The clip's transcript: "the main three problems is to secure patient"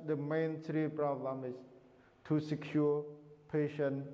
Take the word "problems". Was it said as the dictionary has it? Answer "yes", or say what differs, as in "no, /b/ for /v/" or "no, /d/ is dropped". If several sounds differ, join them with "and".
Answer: no, /z/ is dropped